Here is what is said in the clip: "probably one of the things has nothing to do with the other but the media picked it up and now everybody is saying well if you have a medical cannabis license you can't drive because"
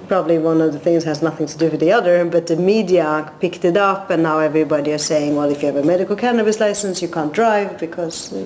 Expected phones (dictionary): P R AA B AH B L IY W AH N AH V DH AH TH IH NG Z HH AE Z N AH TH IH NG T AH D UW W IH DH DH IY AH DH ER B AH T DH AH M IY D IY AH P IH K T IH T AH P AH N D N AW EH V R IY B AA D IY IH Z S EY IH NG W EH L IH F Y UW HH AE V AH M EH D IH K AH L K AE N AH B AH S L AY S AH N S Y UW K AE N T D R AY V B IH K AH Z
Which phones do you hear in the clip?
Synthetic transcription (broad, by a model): P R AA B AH B L IY W AH N AH V DH AH TH IH NG Z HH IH Z N AH TH IH NG T AH D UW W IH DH DH IY AH DH ER B AH T DH AH M IY D IY AH P IH K T IH T AH P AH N N AW EH V R IY B AA D IY IH Z S EY IH NG W EH L IH F Y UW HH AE V AH M EH D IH K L K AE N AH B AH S L AY S AH N S Y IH K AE N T D R AY V B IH K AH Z